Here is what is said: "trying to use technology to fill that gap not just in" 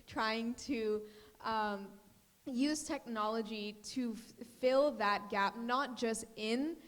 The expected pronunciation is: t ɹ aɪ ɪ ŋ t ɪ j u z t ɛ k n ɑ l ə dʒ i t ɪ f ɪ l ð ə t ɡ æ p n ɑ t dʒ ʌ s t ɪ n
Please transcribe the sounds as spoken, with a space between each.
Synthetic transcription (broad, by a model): t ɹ aɪ ɪ ŋ t ɪ j u z t ɛ k n ɑ l ə dʒ i t ɪ f ɪ l ð ə t ɡ æ p n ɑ t dʒ ʌ s t ɪ n